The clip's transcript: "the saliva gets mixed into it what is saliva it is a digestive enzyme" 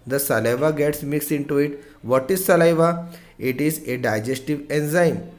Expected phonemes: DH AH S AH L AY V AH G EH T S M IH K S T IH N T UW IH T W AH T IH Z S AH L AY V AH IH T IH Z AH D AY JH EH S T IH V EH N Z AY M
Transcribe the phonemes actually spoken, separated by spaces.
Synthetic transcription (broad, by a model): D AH S AH L AY V AH G EH T S M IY K S IH N T UW IH T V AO T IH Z S AH L AY V AH IH T IH Z AH D AY JH EH S T IH V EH N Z AY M